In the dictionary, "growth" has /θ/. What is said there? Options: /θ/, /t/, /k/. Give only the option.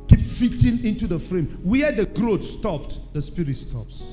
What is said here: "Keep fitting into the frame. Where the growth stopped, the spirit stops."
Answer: /t/